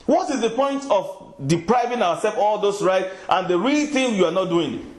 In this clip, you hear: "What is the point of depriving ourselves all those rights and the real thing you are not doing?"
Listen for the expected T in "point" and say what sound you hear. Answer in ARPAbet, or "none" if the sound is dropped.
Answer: T